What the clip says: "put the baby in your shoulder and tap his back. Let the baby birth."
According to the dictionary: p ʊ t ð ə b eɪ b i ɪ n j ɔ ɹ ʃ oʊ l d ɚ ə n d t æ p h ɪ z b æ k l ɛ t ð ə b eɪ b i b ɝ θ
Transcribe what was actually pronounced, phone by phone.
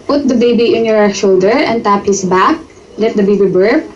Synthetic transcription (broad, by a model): p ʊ t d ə b eɪ b i ɪ n j ɔ ɹ ʃ oʊ l d ɚ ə n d t æ p h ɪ s b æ k l ɛ t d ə b eɪ b i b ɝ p